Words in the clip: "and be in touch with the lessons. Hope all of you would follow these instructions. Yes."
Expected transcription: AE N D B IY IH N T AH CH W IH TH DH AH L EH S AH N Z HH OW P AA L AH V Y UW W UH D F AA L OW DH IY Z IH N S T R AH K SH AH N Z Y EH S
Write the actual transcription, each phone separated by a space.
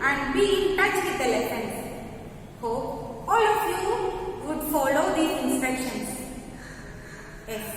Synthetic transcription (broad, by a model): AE N D B IY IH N T AH CH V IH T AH L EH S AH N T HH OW AA L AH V Y UW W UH D F AA L OW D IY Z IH N S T R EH K SH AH N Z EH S